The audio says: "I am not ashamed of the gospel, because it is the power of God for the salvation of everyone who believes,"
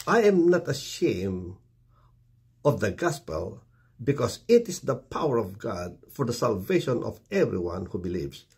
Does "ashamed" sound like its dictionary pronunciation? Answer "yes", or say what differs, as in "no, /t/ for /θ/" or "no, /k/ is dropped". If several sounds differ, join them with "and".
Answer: no, /d/ is dropped